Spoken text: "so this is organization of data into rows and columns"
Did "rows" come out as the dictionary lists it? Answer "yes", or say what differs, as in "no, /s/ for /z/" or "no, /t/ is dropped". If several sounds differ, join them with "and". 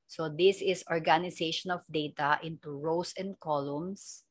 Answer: no, /s/ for /z/